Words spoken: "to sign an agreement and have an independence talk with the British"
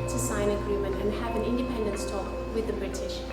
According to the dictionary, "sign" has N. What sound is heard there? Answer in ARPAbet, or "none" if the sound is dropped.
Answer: none